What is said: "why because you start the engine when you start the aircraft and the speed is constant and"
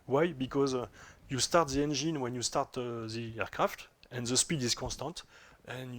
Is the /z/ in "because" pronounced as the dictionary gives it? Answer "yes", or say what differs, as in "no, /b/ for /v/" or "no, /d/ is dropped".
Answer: yes